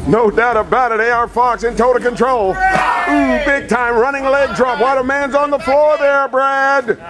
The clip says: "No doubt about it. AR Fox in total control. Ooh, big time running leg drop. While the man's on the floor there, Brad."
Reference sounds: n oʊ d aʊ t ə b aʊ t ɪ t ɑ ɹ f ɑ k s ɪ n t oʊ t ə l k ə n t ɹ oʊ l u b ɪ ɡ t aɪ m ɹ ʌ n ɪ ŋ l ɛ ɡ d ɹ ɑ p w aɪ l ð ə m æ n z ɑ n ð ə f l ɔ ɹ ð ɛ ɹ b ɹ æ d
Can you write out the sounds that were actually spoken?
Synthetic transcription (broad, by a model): n oʊ d aʊ t ə b aʊ t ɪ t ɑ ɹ f ɑ k s ɪ n t oʊ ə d k ə n t ɹ oʊ l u b ɪ ɡ t aɪ m ɹ ʌ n ɪ ŋ l ɛ ɡ d ɹ ɑ p w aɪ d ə m æ n z n ð ə f l ɔ ɹ ð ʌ ɹ b ɹ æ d